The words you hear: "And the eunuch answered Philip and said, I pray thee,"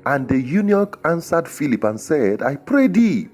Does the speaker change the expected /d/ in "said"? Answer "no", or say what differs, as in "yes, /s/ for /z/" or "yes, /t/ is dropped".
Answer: no